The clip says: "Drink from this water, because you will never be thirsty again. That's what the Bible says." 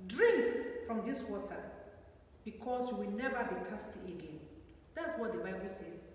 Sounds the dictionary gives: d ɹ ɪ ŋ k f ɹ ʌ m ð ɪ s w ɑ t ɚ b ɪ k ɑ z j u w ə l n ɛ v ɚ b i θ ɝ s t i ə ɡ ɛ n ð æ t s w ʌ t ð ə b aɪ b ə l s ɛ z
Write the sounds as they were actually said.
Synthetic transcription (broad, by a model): d ɹ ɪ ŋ k f ɹ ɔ m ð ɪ s w ɑ t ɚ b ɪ k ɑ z j u w ə l n ɛ v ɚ b i t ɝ s t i ə ɡ ɛ n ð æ t s w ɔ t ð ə b aɪ b ə l s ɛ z